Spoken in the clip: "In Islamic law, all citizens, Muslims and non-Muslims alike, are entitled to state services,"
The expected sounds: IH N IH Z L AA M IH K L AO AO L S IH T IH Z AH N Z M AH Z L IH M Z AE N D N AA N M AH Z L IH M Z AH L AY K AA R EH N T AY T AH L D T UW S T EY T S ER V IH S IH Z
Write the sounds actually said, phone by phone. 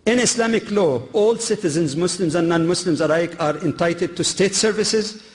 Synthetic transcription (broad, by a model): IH N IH S L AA M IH K L AO AO L S IH T IH Z AH N Z M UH S L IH M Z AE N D N AA N M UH S L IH M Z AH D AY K AA R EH N T AY T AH D T UW S T EY T S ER V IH S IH Z